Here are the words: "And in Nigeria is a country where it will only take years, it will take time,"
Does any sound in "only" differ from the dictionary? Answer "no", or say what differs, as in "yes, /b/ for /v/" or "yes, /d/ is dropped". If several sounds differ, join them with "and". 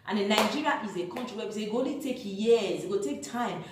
yes, /n/ is dropped